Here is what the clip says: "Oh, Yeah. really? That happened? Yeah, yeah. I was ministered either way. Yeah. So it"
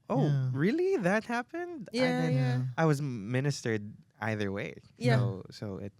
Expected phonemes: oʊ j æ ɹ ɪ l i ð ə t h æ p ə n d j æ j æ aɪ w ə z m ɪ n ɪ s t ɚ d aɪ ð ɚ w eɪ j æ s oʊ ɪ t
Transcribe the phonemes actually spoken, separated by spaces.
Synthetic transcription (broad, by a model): oʊ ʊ ɹ ɪ l i ð ə t h æ p ə n d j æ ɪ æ aɪ w ə z m ɪ n ɪ s t ɚ d aɪ ð ɚ w eɪ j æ s oʊ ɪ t